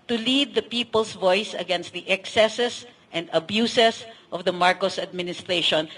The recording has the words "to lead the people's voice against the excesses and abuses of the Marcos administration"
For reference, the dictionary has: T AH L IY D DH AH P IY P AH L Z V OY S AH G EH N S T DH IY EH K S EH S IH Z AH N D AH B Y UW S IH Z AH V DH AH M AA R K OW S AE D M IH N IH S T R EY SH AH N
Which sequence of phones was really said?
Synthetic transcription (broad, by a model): T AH L IY D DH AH P IY P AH L S V OY S AH G EH N S T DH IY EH K S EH S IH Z AH N D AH B Y UW S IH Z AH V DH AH M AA R K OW S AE D M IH N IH S T R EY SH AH N